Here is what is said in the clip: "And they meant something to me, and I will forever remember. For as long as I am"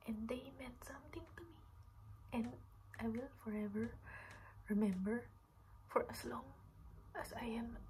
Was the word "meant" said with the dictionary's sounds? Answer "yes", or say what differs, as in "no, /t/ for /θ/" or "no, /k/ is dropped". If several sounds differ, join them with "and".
no, /n/ is dropped